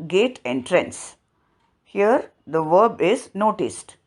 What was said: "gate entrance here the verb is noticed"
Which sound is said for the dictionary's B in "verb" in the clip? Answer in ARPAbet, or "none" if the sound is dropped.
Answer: B